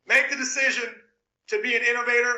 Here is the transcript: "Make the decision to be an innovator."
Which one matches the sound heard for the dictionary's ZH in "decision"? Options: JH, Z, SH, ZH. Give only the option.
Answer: ZH